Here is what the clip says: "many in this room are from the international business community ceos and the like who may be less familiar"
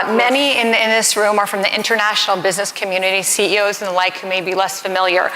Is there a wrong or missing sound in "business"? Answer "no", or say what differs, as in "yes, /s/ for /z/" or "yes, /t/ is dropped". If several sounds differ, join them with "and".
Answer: no